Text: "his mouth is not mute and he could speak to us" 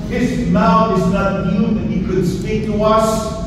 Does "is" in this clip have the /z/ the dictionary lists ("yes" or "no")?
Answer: yes